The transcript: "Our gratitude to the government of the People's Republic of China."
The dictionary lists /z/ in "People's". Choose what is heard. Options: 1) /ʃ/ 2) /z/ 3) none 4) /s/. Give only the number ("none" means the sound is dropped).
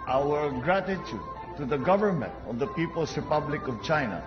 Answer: 4